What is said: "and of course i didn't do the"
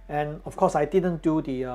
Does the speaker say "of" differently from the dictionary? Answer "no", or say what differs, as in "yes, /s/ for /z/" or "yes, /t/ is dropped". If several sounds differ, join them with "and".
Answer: yes, /f/ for /v/